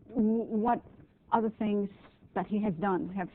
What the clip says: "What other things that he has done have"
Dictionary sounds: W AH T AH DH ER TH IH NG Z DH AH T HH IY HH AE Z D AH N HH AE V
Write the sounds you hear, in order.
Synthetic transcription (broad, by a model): W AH T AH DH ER TH IH NG Z DH AH T HH IY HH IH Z D AH N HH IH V